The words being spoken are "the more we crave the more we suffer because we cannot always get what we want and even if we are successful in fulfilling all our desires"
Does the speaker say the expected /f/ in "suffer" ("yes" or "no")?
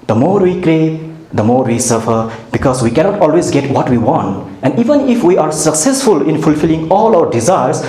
yes